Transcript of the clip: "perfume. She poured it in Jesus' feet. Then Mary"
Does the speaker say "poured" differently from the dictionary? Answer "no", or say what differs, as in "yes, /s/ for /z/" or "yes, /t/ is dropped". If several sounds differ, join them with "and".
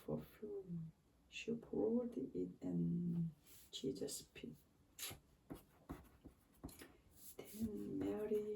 yes, /l/ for /ɹ/